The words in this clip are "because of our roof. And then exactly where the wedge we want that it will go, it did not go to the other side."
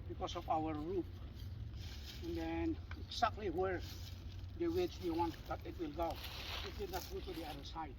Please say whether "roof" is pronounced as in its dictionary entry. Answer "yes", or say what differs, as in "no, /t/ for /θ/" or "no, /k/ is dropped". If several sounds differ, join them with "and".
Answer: no, /p/ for /f/